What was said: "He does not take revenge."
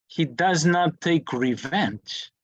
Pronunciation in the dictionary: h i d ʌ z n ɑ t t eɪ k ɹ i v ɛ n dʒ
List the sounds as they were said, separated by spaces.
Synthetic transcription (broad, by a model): h i d ʌ z n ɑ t t eɪ k ɹ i v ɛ n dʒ